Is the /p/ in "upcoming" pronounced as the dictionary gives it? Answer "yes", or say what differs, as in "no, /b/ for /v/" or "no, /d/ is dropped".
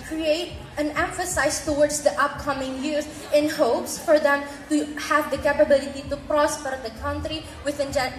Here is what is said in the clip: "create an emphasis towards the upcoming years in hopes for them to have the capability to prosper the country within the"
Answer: yes